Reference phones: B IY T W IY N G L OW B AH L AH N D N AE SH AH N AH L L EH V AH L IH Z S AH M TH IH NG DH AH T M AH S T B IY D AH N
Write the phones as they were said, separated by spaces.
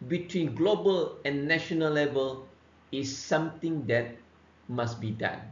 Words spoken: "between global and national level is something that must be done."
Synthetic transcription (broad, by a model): B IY T W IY N G L OW B AH L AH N N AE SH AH N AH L L EH V AH L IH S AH M T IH NG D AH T M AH S B IY D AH N